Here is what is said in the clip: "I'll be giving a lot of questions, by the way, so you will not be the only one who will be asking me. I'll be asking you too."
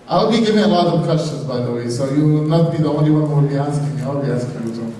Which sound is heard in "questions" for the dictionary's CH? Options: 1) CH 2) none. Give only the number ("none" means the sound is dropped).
1